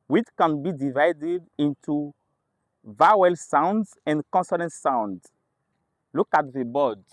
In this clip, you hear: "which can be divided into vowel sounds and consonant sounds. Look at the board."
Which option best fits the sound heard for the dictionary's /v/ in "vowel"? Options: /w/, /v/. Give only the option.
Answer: /v/